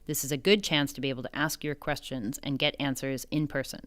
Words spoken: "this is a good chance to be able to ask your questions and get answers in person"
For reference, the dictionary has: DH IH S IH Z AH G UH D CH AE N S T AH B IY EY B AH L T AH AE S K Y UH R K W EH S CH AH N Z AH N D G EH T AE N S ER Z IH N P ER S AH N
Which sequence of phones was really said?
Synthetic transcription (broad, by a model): DH IH S IH Z AH G UH D CH AE N S T AH B IY EY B L T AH AE S K Y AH R K W EH S CH AH N Z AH N G EH T AE N S ER Z IH N P ER S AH N